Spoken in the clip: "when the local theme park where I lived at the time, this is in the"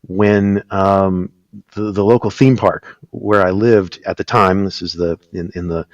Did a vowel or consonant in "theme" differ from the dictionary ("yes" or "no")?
no